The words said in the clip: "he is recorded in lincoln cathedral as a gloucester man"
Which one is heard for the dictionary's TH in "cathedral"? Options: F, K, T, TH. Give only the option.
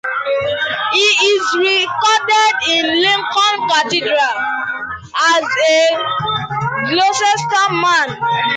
T